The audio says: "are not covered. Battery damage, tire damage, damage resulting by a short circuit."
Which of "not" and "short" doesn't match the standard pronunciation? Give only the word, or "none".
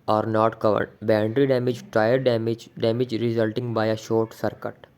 none